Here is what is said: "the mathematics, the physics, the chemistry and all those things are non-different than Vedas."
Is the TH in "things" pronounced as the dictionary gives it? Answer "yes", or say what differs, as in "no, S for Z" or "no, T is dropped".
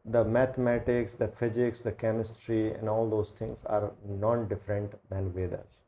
no, T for TH